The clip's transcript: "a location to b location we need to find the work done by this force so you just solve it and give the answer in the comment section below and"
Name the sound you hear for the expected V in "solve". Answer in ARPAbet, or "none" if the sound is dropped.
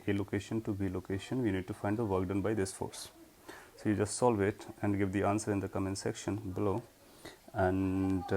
V